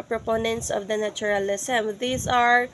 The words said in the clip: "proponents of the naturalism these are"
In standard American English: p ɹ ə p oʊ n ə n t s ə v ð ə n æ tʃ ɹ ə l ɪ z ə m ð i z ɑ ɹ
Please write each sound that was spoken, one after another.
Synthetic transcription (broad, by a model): p ɹ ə p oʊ n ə n t s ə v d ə n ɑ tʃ ɹ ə l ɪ s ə m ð i s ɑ ɹ